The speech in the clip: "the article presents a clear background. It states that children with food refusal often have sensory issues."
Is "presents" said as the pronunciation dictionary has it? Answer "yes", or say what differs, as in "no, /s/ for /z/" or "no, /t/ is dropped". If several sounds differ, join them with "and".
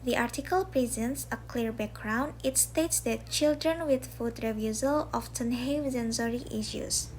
yes